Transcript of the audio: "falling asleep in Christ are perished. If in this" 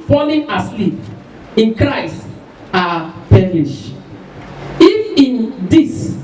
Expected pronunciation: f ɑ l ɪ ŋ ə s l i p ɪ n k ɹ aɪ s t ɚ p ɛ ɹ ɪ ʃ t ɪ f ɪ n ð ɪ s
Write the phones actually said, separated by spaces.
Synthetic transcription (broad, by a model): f ɑ l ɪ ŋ ə s l i p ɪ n k ɹ aɪ s t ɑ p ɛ l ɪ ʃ ɪ f ɪ n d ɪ s